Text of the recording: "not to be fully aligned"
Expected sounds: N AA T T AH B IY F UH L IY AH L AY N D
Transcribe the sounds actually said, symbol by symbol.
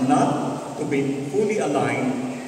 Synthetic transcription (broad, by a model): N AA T T AH B IY P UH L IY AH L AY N